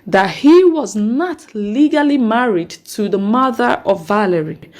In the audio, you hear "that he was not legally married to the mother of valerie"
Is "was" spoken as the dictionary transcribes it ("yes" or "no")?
yes